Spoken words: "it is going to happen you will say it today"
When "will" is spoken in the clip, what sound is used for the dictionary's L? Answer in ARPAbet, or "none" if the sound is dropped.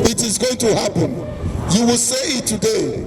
L